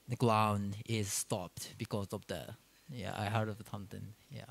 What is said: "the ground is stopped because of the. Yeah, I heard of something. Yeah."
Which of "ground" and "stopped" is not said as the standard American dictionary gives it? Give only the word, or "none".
ground